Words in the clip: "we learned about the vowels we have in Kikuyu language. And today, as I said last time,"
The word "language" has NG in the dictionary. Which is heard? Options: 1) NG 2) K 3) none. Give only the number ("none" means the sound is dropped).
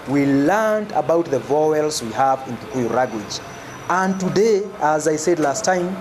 3